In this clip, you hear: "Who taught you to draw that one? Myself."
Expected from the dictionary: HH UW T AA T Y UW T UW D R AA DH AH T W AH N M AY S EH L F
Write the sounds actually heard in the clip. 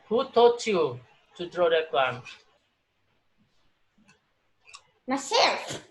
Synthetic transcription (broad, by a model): HH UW T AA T Y UW T UW D R AA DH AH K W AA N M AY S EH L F